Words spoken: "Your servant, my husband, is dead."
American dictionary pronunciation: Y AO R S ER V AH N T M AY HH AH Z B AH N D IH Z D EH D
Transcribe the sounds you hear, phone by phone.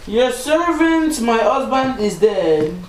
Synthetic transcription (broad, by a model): Y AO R S ER V AH N T M AY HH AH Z B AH N D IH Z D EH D